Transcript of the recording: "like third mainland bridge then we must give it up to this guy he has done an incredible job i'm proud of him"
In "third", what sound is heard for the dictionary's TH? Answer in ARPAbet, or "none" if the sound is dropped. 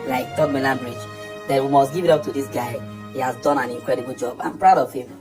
T